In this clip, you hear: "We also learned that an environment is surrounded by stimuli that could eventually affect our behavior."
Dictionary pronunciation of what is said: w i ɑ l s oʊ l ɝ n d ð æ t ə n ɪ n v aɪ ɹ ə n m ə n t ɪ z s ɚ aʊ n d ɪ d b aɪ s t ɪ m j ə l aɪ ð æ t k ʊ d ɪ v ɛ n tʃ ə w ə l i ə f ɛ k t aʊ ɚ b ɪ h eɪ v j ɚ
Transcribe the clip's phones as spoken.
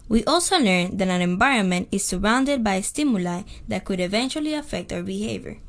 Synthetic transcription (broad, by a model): w i ɑ l s oʊ l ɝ n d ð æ t ə n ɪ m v aɪ ɹ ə n m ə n t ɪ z s ɚ aʊ n d ɪ d b aɪ s t ɪ m j ə l aɪ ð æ t k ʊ d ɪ v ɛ n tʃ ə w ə l i ə f ɛ k t aʊ ɚ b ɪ h eɪ v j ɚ